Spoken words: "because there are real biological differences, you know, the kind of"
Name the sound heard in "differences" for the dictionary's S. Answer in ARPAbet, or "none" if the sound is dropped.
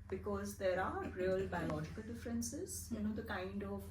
S